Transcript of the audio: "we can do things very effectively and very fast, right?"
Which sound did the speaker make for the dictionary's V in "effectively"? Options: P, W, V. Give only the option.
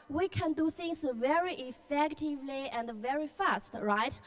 V